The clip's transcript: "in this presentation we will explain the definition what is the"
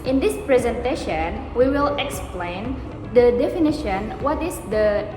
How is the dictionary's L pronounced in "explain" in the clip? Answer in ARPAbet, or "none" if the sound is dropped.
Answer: L